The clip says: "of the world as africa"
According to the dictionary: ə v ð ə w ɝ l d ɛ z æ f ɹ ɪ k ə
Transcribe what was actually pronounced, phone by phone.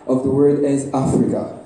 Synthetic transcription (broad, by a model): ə v ð ə w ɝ d ɛ z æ f ɹ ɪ k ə